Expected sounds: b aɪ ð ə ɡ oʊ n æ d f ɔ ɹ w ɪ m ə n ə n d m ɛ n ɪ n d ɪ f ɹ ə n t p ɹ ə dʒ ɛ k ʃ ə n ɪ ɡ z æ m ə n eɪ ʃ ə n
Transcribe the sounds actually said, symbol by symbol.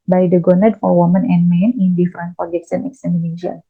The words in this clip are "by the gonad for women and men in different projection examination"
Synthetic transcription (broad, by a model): b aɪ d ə ɡ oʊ n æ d f ɔ ɹ w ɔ m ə n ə n m ɛ n ɪ n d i f ɹ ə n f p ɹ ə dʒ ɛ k s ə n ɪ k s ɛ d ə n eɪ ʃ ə n